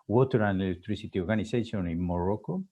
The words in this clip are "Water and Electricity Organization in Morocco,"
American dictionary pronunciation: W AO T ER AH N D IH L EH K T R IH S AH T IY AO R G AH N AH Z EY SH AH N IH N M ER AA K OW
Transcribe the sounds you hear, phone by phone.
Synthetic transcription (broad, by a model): W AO T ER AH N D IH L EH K T R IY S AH T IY AO R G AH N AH S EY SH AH N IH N M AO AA K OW